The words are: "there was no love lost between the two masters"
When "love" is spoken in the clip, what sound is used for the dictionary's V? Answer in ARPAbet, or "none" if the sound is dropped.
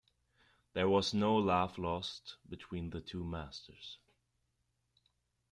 F